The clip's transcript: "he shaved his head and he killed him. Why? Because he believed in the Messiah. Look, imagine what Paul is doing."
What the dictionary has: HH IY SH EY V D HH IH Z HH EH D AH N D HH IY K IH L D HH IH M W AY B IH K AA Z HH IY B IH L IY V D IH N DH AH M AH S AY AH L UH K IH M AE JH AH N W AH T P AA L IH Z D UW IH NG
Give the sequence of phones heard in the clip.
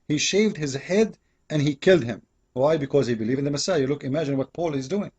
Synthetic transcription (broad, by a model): HH IY SH EY V D HH IH Z HH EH D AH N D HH IY K IH L D HH IH M W AY B IH K AA Z HH IY B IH L IY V IH N DH AH M AH S AY AH L UH K IH M AE JH AH N W AH T P AA L IH Z D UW IH NG